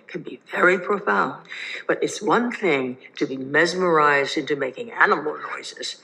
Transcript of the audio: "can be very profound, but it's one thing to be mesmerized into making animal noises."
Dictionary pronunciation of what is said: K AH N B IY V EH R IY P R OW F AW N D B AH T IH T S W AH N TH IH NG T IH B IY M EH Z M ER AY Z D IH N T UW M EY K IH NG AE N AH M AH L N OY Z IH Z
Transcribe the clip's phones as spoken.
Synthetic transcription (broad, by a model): K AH N B IY V EH R IY P R OW F AW N D B AH T IH T S W AH N TH IH NG T IH B IY M EH Z M ER AY Z D IH N T UW M EY K IH NG AE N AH M L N OY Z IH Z